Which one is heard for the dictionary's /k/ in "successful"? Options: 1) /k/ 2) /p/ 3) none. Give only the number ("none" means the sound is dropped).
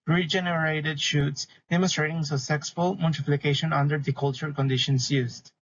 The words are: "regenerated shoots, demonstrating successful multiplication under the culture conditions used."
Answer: 3